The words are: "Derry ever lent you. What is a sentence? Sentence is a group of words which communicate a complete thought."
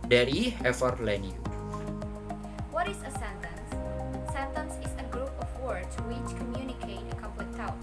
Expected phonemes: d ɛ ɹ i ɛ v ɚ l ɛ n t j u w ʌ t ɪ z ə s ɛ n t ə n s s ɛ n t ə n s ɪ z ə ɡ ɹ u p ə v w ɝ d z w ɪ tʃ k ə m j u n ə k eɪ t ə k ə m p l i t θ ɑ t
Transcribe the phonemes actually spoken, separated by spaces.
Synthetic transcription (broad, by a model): d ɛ ɹ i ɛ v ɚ l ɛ n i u w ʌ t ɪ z ə s ɛ n t ə n s s ɛ n t ə n s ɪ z ə ɡ ɹ u p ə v w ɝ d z w ɪ tʃ k ə m j u n ə k eɪ t ə k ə p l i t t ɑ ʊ